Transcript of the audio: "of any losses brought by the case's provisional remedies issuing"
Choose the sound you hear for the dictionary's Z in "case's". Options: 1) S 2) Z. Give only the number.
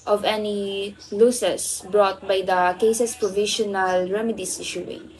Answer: 1